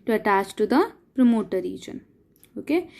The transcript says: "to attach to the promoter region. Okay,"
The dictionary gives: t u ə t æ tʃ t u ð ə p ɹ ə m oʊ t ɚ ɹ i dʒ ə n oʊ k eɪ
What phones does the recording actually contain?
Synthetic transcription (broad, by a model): t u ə t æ tʃ t u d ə p ɹ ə m oʊ t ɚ ɹ i dʒ ə n oʊ k eɪ